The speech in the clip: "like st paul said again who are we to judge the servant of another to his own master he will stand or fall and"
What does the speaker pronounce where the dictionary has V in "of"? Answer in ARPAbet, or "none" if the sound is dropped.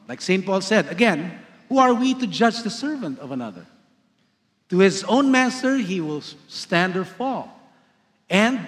V